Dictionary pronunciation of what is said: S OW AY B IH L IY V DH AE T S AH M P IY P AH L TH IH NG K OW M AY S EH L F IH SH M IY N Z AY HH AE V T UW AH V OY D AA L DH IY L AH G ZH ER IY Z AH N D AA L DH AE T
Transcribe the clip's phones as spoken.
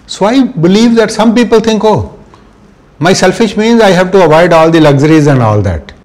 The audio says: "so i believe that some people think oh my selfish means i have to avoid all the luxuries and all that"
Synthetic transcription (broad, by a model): S OW AY B IH L IY V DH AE T S AH M P IY P AH L T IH NG K OW M AY S EH L F IH SH M IY N Z AY HH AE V T UW AH V OY D AA L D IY L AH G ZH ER IY Z AH N D AA L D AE T